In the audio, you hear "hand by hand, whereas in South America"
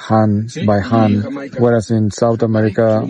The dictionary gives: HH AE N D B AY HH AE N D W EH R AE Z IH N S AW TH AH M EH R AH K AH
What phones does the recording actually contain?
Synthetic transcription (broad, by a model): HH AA N B AY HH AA N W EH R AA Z IH N S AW T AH M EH R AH K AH